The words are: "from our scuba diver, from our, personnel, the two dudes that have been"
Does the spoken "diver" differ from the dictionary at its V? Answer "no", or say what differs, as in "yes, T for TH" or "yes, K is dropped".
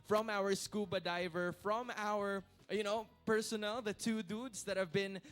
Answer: no